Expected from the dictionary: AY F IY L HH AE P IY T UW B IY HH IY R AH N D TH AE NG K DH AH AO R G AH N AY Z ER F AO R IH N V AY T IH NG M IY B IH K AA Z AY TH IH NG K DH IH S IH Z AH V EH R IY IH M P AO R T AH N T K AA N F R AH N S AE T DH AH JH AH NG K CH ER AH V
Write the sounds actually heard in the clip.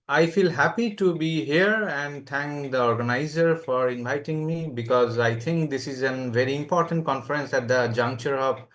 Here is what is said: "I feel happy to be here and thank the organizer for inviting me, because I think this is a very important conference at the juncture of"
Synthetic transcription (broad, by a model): AY F IY L HH AE P IY T UW B IY HH IY R AH N D T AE NG K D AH AO R G AH N AY Z ER F AO R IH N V AY T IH NG M IY B IH K AA Z AY T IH NG K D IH S IH Z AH V EH R IY IH M P AO R T AH N T K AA N F R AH N S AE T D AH JH AH NG K CH ER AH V